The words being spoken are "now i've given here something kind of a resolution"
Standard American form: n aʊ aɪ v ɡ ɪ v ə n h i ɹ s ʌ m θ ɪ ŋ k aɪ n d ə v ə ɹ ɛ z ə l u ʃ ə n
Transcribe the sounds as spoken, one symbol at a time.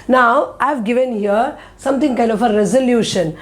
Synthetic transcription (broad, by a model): n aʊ aɪ v ɡ ɪ v ə n h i ɹ s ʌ m t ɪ ŋ k aɪ n d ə f ə ɹ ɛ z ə l u ʃ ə n